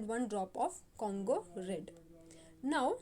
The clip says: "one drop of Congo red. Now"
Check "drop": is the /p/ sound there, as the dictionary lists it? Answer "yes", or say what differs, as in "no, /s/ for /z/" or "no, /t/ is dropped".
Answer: yes